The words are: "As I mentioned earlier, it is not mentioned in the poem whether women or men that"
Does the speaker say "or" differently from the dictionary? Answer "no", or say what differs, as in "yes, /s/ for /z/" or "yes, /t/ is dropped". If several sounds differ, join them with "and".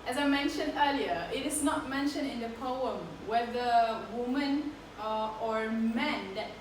no